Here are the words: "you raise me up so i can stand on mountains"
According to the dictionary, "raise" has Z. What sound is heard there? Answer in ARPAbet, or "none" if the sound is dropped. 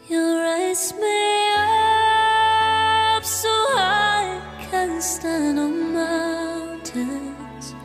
S